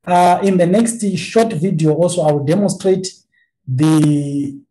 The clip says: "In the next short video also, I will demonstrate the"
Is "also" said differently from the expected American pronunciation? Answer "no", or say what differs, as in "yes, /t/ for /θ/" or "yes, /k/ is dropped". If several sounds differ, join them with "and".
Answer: no